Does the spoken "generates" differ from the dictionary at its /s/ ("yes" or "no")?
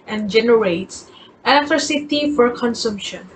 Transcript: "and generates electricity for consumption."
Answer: no